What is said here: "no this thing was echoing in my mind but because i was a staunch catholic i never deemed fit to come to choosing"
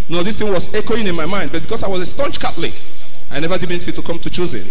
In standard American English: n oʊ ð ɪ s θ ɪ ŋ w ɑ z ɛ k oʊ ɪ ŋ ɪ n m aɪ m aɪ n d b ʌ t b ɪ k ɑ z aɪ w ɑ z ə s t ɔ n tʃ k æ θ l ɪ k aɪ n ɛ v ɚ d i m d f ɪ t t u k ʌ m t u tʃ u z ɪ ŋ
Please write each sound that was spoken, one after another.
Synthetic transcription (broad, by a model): n oʊ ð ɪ s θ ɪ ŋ w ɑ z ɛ k oʊ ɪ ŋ ɪ n m aɪ m aɪ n d b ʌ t b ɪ k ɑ s aɪ w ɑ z ə s t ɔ n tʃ k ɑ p l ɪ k aɪ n ɛ v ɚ d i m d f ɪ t t u k ʌ m t u tʃ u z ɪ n